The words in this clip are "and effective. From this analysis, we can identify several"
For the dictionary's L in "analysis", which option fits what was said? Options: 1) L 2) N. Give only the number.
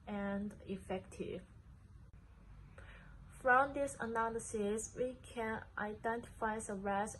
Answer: 1